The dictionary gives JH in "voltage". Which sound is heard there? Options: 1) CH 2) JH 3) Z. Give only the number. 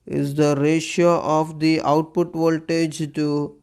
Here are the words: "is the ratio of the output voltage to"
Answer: 2